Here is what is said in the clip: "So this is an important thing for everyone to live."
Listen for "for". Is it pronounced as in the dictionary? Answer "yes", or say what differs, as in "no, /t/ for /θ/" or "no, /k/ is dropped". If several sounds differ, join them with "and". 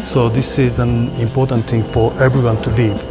yes